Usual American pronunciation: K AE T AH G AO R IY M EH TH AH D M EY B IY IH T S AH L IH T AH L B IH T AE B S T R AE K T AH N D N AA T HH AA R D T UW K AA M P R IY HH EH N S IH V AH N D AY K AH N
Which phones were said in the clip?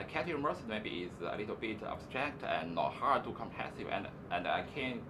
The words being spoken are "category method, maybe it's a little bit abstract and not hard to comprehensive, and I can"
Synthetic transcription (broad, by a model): K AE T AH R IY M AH S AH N M EY B IY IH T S AH L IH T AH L B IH T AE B S T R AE K T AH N N AA T HH AA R D T UW K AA M P IY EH S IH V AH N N AY K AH N